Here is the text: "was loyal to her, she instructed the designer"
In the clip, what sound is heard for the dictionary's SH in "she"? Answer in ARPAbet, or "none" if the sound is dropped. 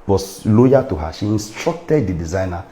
SH